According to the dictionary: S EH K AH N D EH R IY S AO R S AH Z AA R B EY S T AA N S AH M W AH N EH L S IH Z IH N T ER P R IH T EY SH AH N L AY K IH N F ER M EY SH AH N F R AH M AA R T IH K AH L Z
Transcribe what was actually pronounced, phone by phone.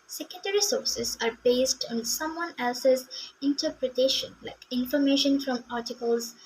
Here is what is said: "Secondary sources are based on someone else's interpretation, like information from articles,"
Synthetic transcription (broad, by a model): S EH K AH N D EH R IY S AO R S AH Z AA R B EY S T AA N S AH M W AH N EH L S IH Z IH N T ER P R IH T EY SH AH N L AY K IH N F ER M EY SH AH N F R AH M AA R T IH K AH L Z